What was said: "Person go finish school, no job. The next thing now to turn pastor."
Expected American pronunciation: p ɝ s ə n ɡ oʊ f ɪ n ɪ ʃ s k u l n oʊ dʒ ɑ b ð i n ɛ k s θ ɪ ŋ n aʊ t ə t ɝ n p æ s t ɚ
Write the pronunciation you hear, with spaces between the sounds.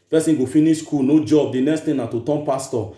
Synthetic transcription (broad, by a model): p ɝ s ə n ɡ oʊ f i n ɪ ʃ s k u l n oʊ dʒ ɑ b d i n ɛ k s t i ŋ n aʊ t ə t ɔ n p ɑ s t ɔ